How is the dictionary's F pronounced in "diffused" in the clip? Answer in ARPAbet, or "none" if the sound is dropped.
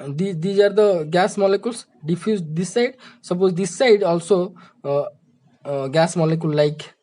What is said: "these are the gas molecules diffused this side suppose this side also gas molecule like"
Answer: P